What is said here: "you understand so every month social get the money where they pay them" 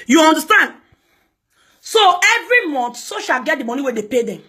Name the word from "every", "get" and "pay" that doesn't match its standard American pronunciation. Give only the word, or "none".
none